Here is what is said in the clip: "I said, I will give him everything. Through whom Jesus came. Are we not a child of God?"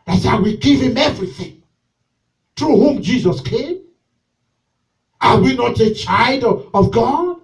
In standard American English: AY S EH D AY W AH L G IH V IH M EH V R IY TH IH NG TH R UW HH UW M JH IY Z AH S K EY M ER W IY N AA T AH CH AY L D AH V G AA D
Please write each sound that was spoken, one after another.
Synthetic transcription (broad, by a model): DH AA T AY W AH G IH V IH M EH V R IY TH IH NG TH R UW HH UW M JH IY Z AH S K EY M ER W IY N AA T AH CH AY L D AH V G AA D